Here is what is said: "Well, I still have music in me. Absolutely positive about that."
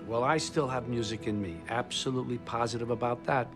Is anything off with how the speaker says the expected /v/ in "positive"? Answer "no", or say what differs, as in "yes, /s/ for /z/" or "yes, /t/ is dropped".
no